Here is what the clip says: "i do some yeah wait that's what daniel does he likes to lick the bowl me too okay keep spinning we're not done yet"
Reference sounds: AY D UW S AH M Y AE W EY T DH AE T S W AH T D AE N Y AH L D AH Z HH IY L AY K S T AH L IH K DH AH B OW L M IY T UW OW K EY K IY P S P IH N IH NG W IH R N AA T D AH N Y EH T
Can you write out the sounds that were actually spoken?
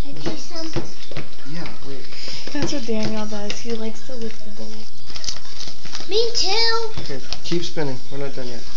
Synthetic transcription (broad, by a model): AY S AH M Y AE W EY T DH AE T S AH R D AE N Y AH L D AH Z HH IY L AY K S T AH W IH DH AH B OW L M IY T UW OW K EY K IY P S P IH N IH NG W IH R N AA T D AH N Y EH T